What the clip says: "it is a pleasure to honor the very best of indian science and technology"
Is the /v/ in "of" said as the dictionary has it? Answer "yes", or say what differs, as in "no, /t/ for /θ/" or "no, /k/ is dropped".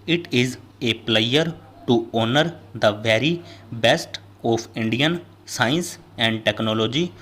no, /p/ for /v/